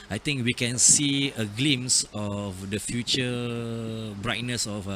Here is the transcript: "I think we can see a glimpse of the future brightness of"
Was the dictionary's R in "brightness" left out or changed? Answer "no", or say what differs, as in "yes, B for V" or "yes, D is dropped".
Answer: no